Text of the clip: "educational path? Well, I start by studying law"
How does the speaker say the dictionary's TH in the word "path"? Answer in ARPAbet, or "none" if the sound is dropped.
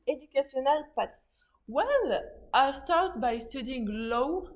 S